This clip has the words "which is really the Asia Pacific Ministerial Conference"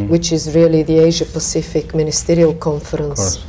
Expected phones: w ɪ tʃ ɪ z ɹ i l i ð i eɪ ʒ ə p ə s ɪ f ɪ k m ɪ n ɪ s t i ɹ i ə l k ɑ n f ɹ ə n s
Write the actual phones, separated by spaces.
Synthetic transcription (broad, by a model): w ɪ tʃ ɪ z ɹ i l i ð i eɪ ʒ ə p ə s ɪ f ɪ k m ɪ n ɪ s t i ɹ i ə l k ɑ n f ɹ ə n s